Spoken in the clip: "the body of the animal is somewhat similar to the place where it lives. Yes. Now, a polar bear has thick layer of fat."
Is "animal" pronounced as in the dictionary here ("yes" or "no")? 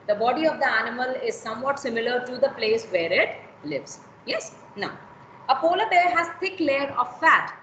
yes